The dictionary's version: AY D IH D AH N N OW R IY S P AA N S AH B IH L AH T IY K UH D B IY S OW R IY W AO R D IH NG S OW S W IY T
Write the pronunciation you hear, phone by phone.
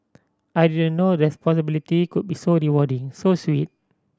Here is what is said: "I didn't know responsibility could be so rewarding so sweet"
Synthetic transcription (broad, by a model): AY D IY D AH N N OW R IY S P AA S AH B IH L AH T IY K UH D B IY S OW R IY W AO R D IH NG S OW S W IY T